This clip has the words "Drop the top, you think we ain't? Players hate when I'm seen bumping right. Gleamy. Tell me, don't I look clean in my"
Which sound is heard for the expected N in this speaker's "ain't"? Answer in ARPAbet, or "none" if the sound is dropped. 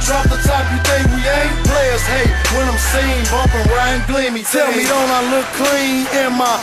none